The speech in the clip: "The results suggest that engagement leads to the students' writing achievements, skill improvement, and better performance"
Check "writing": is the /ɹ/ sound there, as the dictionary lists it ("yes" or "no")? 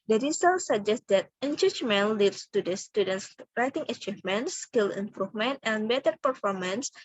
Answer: yes